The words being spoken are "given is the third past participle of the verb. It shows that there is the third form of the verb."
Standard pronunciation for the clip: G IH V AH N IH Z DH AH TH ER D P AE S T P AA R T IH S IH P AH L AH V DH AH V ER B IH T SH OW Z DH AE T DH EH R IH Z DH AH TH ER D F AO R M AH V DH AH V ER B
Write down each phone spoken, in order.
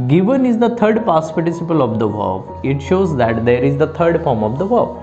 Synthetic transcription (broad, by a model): G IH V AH N IH Z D AH T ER D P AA S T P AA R T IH S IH P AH L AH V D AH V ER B IH T SH OW Z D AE T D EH R IH Z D AH T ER D F AO R M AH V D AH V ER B